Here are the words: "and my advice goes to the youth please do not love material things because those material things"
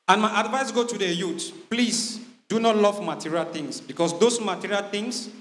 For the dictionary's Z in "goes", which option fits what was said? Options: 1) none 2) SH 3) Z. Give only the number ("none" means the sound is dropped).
1